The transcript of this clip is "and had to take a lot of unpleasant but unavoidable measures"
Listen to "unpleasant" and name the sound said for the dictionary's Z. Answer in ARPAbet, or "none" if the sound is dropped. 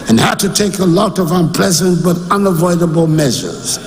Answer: Z